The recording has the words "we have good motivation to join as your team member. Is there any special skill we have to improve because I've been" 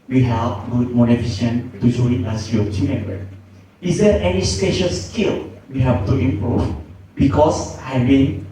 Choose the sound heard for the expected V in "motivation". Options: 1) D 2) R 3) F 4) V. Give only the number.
3